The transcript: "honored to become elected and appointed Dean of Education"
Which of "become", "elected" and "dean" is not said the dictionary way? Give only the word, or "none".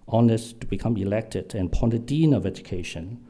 none